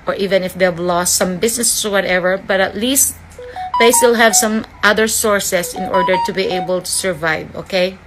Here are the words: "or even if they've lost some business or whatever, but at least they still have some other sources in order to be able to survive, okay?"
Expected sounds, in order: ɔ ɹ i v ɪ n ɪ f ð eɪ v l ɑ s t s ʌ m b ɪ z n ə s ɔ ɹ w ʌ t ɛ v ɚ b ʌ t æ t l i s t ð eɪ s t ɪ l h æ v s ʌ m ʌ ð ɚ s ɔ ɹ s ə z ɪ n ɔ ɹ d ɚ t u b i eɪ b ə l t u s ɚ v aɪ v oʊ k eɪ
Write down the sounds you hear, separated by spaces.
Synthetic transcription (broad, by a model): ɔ ɹ i v ɪ n ɪ f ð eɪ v l ɑ s t s ʌ m b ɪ s n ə s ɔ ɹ w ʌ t ɛ v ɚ b ʌ t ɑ t l i s t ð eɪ s t ɪ l h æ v s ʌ m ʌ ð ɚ s ɔ ɹ s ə s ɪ n ɔ ɹ d ɚ t u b i eɪ b ə l t u s ɚ v aɪ v oʊ k eɪ